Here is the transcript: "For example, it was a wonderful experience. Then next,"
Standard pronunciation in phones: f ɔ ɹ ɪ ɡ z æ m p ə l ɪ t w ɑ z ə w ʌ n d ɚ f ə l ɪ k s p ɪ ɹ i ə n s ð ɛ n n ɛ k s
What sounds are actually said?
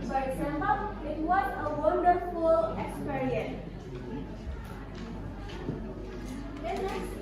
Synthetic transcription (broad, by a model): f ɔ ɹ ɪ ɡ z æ m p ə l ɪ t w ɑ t ə w ʌ n d ɚ f ə l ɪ k s p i ɹ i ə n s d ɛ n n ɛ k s